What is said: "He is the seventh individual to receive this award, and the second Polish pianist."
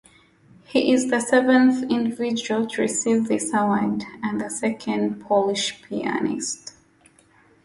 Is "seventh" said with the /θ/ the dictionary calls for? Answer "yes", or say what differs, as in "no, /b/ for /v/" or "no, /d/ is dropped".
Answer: yes